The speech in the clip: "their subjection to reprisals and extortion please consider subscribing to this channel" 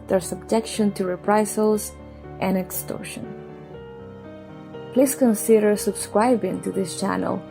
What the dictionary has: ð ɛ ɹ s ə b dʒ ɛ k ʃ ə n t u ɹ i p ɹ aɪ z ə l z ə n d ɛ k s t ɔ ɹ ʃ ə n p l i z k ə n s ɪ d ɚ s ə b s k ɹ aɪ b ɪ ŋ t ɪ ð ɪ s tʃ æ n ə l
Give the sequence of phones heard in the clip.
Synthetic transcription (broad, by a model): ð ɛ ɹ s ə b dʒ ɛ k ʃ ə n t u ɹ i p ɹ aɪ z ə l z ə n ɛ k s t ɔ ɹ ʃ ə n p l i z k ə n s ɪ d ɚ s ə b s k ɹ aɪ b ɪ ŋ t ɪ ð ɪ s tʃ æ n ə l